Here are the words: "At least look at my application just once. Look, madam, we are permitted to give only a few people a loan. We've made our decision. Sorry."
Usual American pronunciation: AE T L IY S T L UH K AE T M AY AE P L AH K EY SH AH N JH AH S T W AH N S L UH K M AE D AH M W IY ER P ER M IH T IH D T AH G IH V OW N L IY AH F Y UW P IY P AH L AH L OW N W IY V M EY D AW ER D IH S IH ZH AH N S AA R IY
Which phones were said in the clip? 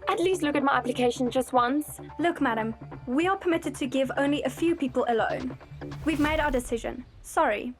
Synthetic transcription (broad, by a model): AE T L IY S T L UH K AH T M AY AE P L AH K EY SH AH N JH AH S T W AH N S L UH K M AE D AH M W IY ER P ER M IH T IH D T AH G IH V OW N L IY AH F Y UW P IY P AH L AH L OW N W IY V M EY D AW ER D IH S IH ZH AH N S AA R IY